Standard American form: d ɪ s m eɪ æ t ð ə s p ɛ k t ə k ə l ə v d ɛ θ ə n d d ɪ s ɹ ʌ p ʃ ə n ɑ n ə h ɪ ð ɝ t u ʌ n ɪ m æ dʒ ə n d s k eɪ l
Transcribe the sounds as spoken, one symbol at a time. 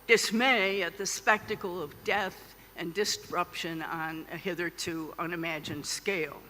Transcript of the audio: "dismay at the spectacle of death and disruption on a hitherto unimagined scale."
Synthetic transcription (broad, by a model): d ɪ s m eɪ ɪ t ð ə s p ɛ k t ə k l ə v d ɛ θ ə n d d ɪ s ɹ ʌ p ʃ ə n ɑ n ə h ɪ ð ɝ t u ʌ n ɪ m æ dʒ ə n d s k eɪ l